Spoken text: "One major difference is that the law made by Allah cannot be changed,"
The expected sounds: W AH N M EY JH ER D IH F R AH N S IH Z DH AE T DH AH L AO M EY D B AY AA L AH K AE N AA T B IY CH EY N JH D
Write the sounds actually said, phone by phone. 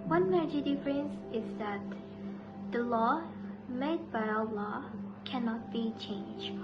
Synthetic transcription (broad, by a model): W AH N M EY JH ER D IH F R AH N S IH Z DH AE T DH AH L AO M EY D B AY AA L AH K AE N AA T B IY CH EY N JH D